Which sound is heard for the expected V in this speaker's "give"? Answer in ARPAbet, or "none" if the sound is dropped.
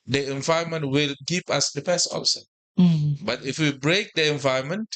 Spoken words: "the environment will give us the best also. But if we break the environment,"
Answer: P